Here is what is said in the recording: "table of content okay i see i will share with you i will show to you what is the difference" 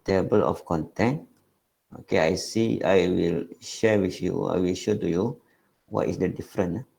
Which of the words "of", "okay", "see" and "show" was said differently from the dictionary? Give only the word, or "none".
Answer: of